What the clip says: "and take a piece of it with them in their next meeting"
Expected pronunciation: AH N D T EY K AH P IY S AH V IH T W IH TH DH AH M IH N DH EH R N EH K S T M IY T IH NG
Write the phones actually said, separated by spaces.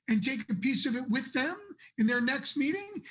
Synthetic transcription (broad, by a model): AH N T EY K AH P IY S AH V IH T W IH DH AH M IH N DH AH R N EH K S T M IY T IH NG